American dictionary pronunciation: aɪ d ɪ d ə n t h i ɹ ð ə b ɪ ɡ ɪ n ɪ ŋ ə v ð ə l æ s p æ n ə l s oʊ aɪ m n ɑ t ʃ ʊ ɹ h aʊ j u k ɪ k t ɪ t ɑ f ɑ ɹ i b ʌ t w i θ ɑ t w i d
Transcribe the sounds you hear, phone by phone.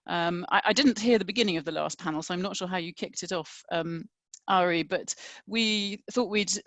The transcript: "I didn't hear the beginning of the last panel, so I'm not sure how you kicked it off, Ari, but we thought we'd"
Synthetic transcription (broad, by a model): aɪ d ɪ d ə n t h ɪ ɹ ð ə b ɪ ɡ ɪ n ɪ ŋ ə v ð ə l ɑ s p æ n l s oʊ aɪ m n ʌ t ʃ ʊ h aʊ j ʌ k ɪ k t ɪ t ɑ f ɑ ɹ i b ʌ t w i θ ɑ t w i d